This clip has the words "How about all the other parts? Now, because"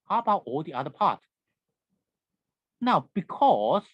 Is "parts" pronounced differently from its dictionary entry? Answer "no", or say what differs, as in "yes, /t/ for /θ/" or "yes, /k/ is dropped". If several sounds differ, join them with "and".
yes, /s/ is dropped